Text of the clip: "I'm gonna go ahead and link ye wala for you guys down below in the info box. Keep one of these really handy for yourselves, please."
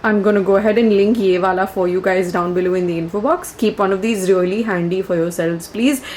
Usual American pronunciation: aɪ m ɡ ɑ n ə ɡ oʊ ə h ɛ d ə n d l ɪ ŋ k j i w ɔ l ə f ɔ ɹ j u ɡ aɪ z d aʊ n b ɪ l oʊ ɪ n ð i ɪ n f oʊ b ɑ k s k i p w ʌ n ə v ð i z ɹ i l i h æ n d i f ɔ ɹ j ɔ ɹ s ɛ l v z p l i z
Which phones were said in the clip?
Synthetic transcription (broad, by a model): aɪ m ɡ ɑ n ə ɡ oʊ ə h ɛ d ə n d l ɪ ŋ k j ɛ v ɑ l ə f ɔ ɹ j u ɡ aɪ z d aʊ n b ɪ l oʊ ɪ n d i ɪ n f oʊ b ɑ k s k i p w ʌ n ə v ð i z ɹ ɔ l i h æ n d i f ɔ ɹ j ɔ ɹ s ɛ l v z p l i z